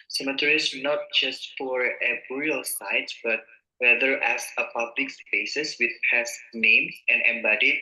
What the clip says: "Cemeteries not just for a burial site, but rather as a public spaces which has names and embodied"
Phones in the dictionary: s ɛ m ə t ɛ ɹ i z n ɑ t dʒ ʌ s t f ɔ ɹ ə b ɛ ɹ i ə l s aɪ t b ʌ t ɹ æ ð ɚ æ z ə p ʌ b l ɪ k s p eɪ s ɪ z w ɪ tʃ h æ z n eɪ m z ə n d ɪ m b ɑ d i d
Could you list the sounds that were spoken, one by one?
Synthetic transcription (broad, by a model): s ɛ m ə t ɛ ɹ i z n ɑ t dʒ ʌ s t f ɔ ɹ ə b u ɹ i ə l s aɪ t b ʌ t w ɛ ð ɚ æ s ə p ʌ b l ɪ k s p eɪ s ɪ s w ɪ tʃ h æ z n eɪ m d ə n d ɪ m b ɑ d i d